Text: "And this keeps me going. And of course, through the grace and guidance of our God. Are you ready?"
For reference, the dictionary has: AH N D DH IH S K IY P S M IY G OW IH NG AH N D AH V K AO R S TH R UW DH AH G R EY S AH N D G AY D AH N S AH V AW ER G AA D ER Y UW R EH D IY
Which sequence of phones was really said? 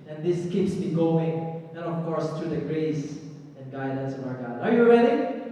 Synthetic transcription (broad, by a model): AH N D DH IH S K IY P S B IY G OW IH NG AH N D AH F K AO R S T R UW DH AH G R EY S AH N G AY D AH N S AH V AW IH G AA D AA Y UW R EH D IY